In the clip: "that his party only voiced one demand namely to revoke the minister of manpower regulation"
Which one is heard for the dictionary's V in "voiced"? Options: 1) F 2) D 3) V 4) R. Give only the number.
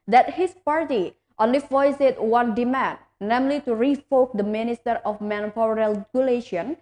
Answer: 1